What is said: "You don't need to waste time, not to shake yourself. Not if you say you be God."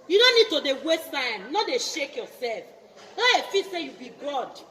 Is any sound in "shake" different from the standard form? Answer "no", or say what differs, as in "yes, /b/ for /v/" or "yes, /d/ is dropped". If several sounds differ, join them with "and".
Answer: no